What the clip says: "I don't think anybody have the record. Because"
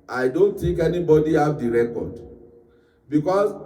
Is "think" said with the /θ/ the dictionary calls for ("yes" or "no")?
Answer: no